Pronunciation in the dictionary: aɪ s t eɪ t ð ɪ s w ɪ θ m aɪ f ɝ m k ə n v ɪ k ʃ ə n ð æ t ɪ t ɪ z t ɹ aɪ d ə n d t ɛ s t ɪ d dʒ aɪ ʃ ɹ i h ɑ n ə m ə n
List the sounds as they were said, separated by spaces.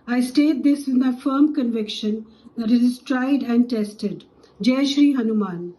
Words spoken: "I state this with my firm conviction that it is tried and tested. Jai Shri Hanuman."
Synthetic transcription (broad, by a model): aɪ s t eɪ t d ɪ s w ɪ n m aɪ f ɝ m k ə n v ɪ k ʃ ə n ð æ t ɪ t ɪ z t ɹ aɪ d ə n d t ɛ s t ɪ d dʒ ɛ ʃ ɹ i h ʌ n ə m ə n